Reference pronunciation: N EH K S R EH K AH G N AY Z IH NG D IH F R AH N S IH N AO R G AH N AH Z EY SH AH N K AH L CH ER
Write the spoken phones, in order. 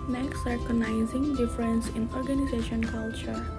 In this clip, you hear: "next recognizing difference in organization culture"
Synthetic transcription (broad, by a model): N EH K S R K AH N AY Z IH NG D IH F R AH N S IH N AO R G AH N AH Z EY SH AH N K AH L CH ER